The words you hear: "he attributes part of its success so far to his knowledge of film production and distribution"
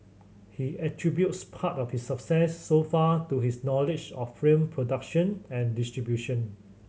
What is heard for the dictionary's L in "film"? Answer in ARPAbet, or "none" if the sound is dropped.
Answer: none